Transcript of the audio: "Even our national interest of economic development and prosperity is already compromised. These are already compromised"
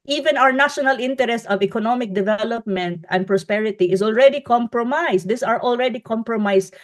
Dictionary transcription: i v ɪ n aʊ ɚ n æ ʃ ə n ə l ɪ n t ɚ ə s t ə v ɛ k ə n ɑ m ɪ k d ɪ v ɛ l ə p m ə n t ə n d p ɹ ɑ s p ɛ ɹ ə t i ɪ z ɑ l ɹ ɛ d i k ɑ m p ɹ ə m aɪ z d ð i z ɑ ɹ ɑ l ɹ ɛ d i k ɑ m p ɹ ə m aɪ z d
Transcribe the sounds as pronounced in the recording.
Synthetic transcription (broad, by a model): i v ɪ n aʊ ɚ n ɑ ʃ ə n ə l ɪ n t ɚ ə s t ə v ɛ k ə n ɑ m ɪ k d ɪ v ɛ l ə p m ə n t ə n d p ɹ ɑ s p ɛ ɹ ə t i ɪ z ɑ l ɹ ɛ d i k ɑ m p ɹ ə m aɪ s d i s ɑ ɹ ɑ l ɹ ɛ d i k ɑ m p ɹ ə m aɪ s